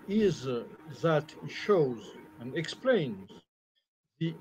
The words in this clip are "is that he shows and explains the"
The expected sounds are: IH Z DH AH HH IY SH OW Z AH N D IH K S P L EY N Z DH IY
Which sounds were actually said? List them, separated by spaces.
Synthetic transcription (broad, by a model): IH Z DH AH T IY SH OW Z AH N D IH K S P L EY N Z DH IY